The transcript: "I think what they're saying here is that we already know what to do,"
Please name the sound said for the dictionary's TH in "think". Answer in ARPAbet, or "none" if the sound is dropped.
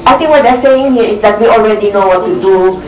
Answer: T